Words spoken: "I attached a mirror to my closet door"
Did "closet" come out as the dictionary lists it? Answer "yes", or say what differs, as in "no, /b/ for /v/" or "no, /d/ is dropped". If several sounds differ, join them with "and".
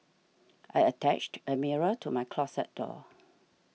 no, /s/ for /z/